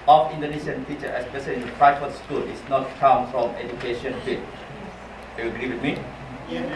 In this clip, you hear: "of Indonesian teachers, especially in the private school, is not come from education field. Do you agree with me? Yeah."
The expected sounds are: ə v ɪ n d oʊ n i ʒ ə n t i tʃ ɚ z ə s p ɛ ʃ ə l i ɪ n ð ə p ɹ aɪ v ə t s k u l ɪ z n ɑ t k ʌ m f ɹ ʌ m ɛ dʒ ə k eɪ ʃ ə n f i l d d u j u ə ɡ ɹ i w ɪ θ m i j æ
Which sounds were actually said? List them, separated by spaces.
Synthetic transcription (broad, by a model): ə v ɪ n d oʊ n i ʃ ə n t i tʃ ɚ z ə s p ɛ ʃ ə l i ɪ n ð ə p ɹ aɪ f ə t s k u l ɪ s n ɑ t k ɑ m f ɹ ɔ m ɛ dʒ ə k eɪ ʃ ə n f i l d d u j u ə ɡ ɹ i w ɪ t m i